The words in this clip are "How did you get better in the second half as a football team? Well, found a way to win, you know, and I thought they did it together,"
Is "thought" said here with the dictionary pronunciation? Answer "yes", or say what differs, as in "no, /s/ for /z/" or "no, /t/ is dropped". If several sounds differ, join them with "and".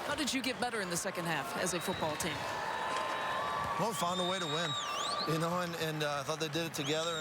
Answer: yes